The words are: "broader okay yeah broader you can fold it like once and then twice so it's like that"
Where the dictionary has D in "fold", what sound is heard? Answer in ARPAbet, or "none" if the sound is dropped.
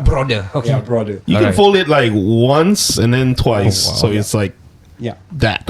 none